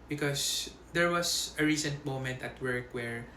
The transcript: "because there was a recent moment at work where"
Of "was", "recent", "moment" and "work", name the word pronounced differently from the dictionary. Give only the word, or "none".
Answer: was